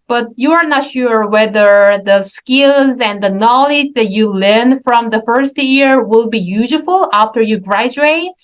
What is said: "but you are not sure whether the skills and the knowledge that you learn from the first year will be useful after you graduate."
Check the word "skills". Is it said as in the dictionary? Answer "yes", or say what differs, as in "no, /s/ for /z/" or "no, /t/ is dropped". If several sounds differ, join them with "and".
yes